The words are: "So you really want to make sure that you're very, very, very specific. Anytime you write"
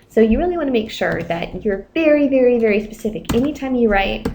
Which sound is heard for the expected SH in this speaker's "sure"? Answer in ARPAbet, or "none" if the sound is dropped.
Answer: SH